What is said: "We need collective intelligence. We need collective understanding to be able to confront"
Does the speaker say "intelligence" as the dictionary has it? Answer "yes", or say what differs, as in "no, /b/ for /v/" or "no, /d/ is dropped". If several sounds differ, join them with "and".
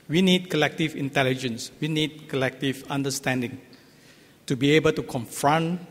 yes